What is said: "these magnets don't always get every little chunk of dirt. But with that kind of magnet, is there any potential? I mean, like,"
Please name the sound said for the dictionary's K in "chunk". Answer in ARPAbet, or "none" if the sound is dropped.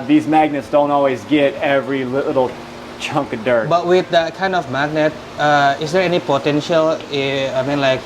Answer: K